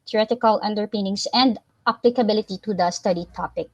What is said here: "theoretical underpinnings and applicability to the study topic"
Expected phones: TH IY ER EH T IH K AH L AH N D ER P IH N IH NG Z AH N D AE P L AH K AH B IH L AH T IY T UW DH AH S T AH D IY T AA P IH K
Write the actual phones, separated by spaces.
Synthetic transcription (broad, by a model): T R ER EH T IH K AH L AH N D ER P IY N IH NG S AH N D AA P L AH K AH B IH L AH T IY T UW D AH S T AH D IY T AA P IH K